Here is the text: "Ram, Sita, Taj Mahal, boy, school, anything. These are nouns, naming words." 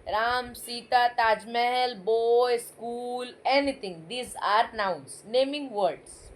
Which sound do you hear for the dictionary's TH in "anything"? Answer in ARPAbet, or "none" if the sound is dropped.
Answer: T